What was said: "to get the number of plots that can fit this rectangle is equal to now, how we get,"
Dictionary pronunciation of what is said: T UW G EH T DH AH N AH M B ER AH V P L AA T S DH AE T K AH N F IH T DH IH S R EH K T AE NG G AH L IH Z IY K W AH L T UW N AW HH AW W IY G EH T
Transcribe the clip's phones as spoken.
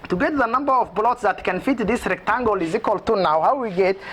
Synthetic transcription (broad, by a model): T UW G EH T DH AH N AH M B ER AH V B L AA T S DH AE T K AH N F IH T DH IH S R EH K T AE NG G AH L IH Z IY K W AH L T UW N AW HH AW W IY G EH T